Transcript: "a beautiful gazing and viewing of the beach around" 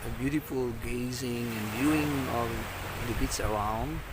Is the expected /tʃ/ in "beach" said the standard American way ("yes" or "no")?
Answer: no